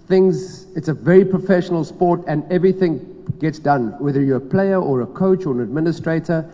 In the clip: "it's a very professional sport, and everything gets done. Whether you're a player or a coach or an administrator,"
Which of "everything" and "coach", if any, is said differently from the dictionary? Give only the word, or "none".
none